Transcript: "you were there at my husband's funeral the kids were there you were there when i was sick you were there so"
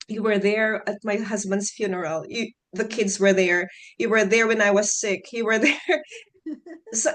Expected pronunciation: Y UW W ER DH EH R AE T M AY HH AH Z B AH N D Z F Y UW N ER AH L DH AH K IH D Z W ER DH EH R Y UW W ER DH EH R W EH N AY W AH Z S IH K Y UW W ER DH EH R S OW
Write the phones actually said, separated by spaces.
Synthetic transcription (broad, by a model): Y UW W ER DH EH R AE T M AY HH AH Z B AH N D Z F Y UW N ER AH L DH AH K IH D Z W ER DH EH R Y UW W ER DH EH R W EH N AY W AH Z S IH K Y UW W ER DH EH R S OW